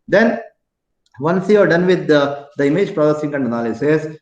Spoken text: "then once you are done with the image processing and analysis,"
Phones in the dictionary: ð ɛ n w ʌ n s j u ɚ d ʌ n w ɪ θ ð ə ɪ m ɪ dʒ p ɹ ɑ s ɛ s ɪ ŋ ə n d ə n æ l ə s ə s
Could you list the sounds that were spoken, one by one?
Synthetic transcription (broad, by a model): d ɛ n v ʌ n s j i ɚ d ʌ n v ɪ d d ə ɪ m ɪ dʒ p ɹ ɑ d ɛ s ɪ ŋ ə n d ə n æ l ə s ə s